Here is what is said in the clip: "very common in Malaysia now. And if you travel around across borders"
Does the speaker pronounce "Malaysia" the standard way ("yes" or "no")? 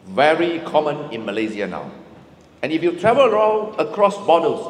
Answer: no